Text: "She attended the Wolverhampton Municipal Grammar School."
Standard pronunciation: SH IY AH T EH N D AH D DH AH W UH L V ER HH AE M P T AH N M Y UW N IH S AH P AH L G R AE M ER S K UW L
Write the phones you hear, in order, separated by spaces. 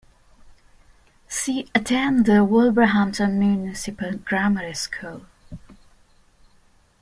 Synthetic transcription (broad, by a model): S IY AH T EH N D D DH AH W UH L B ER HH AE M T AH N M Y UW N IH S AH P AH L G R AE M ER S K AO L